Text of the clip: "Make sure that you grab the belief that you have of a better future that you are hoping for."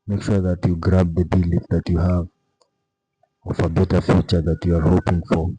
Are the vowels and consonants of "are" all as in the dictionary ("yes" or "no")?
yes